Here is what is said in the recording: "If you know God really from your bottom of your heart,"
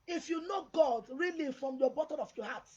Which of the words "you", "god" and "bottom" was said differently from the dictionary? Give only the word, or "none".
bottom